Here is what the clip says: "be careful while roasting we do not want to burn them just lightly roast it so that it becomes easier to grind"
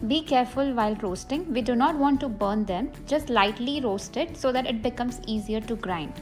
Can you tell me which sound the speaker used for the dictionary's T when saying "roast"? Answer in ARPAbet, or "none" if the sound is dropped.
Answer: T